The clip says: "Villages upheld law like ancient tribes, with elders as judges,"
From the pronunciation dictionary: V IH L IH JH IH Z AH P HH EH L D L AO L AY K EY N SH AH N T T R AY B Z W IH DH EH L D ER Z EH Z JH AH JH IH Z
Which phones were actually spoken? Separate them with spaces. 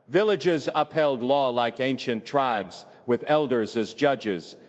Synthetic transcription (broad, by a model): V IH L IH JH IH Z AH P HH EH L D L AO L AY K EY N SH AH N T T R AY B Z W IH DH EH L D ER Z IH Z JH AH JH IH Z